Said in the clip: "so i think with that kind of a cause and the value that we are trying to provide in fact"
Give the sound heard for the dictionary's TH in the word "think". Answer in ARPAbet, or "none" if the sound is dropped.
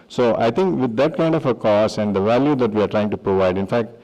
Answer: T